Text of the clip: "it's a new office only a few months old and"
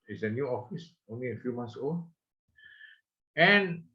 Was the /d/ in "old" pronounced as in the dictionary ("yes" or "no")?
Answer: no